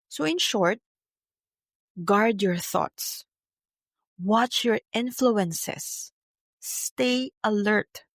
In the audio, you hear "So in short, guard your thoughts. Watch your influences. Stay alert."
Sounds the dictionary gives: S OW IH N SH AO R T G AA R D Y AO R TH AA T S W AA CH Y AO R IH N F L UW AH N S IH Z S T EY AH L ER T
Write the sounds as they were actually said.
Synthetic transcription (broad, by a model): S OW IH N SH AO R T G AA R D Y AO R TH AA T S W AA CH Y AO R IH N F L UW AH N S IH S T EY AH L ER T